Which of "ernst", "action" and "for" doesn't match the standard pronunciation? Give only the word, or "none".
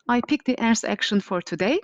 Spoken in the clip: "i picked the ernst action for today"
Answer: ernst